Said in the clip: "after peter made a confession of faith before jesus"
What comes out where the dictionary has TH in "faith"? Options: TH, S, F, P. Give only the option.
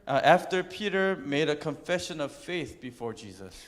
TH